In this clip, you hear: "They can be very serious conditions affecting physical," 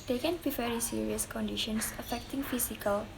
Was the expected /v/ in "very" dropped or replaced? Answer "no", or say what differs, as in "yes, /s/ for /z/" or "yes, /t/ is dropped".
yes, /f/ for /v/